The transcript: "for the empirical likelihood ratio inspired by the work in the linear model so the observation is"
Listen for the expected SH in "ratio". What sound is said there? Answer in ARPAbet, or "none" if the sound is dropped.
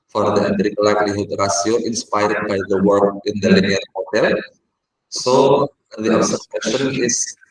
S